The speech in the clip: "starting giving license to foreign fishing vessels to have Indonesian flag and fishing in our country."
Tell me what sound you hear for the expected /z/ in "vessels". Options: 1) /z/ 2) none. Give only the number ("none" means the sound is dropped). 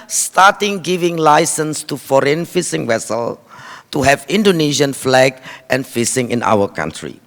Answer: 2